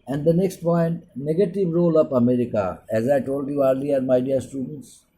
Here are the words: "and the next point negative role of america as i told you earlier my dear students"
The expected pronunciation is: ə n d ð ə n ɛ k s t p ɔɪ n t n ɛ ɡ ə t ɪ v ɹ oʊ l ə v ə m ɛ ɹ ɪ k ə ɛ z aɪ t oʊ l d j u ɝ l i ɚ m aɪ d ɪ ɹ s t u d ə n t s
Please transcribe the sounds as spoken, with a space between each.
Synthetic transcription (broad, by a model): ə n d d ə n ɛ k s t p ɔɪ n t n ɛ ɡ ə t ɪ v ɹ oʊ l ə p ə m ɛ ɹ ɪ k ə ɛ z aɪ t oʊ l d j u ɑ l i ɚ m aɪ d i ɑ s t u d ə n t s